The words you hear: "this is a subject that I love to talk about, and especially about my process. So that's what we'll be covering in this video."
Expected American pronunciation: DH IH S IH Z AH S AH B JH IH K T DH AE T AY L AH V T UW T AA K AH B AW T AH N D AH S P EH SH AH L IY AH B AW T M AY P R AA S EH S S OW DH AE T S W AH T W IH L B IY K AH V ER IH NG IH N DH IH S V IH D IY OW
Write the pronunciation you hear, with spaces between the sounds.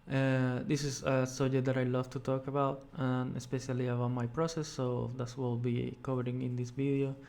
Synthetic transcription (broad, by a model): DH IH S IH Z AH S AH JH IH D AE T AY L AH V T UW T AA K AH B AW T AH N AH S P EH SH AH L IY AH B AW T M AY P R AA S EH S S OW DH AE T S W W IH L B IY K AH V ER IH NG IH N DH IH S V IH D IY OW